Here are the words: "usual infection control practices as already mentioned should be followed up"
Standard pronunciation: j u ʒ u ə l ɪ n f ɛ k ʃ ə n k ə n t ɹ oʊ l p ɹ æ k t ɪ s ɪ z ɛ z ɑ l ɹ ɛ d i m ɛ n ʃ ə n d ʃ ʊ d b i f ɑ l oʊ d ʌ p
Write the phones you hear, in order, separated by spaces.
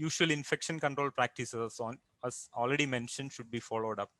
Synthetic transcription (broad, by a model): j u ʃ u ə l ɪ n f ɛ k ʃ ə n k ə n t ɹ oʊ l p ɹ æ k t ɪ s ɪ ʌ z ɑ l ɹ ɛ d i m ɛ n ʃ ə n d ʃ ʊ d b i f ɑ l oʊ d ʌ p